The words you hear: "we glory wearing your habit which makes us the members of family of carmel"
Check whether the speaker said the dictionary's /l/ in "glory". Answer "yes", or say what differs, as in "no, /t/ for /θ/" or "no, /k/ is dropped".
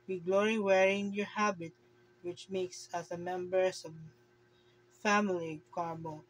yes